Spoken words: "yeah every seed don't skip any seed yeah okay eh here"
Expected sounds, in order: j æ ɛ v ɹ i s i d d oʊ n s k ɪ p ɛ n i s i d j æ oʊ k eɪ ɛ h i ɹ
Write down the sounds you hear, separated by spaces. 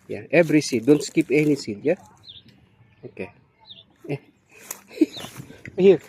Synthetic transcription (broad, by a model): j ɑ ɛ b ɹ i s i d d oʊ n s k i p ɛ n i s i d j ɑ oʊ k eɪ ɛ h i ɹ